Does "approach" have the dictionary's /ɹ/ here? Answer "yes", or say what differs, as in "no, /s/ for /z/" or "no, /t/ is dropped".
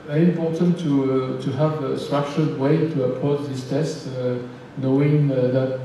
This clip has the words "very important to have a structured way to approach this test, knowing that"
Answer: no, /ɹ/ is dropped